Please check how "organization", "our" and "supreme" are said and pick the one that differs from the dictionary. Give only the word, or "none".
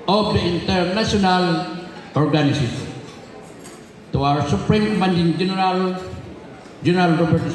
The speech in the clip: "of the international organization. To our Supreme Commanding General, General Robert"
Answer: organization